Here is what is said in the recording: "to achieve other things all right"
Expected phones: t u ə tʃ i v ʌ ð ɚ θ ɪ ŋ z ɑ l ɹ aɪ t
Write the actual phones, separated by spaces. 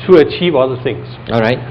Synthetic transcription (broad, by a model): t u ə tʃ i v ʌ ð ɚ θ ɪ ŋ s ɑ l ɹ aɪ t